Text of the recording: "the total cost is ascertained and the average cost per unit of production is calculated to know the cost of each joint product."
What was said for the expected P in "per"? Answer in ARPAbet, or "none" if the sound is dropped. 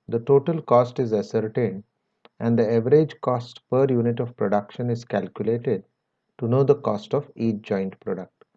P